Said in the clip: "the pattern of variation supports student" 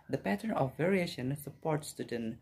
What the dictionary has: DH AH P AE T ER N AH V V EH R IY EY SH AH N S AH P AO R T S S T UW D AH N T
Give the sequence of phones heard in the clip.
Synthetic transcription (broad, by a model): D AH P AE T ER N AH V V EH R IY EY SH AH N S AH P AO R T S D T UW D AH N